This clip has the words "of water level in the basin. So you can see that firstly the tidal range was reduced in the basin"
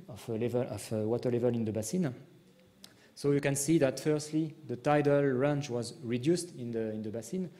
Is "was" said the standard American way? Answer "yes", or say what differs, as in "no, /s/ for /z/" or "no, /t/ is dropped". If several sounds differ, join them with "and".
yes